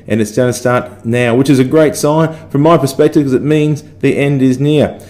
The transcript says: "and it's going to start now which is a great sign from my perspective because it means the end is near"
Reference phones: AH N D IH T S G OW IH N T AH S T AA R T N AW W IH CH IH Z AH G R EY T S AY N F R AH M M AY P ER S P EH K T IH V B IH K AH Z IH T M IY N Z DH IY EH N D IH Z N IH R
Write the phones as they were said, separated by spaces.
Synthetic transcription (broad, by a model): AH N IH T S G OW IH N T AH S T AA R T N AW W IH CH IH Z AH G R EY T S AY N F R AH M M AY P ER S P EH K T IH V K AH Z IH T M IY N Z DH IY EH N D IH Z N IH R